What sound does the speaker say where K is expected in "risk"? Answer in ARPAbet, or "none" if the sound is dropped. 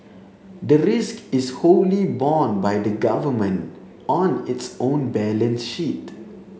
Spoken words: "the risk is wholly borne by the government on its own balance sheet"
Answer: K